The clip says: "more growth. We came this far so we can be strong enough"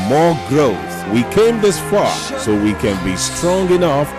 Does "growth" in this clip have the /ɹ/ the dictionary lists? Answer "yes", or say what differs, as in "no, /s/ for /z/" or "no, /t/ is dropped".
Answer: yes